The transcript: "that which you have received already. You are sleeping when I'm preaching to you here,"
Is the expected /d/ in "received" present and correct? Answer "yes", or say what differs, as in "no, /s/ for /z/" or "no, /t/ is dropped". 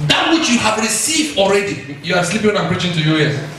yes